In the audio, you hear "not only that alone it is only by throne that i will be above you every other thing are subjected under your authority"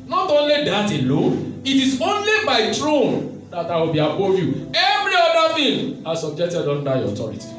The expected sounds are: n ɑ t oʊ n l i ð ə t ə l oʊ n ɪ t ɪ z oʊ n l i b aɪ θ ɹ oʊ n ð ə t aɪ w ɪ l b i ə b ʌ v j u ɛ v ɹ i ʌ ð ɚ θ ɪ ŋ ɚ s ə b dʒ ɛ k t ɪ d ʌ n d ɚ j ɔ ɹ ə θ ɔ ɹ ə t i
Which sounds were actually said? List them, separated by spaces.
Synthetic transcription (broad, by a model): n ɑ t oʊ n l i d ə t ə l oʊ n ɪ t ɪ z oʊ n l i b aɪ t ɹ oʊ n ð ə t aɪ w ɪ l b i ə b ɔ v j u ɛ v ɹ i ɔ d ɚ f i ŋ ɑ s ə b dʒ ɛ k t ɪ d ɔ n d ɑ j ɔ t ɔ ɹ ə t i